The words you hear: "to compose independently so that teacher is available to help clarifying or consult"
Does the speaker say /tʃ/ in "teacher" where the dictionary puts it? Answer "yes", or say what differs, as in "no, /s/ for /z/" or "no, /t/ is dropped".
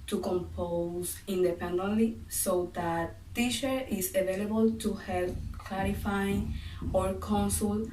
no, /ʃ/ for /tʃ/